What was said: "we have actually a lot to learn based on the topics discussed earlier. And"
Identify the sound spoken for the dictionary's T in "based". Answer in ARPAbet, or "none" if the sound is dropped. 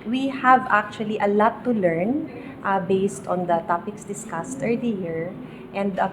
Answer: T